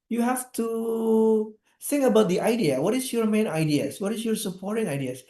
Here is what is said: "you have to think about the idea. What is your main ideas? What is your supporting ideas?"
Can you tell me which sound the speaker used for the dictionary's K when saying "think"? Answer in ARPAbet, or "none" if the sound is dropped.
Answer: none